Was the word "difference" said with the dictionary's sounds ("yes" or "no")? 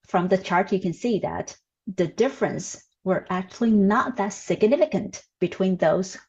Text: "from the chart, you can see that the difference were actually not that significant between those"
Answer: yes